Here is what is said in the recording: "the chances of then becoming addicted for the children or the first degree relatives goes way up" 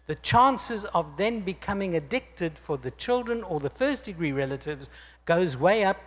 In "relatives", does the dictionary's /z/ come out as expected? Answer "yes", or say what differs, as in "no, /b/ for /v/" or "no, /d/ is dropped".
yes